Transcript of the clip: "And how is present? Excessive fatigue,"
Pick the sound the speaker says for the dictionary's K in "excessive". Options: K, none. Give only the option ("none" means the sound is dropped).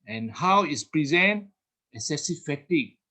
none